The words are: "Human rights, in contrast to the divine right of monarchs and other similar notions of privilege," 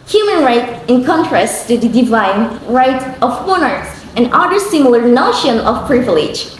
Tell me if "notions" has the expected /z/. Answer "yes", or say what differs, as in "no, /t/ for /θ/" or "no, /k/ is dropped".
no, /z/ is dropped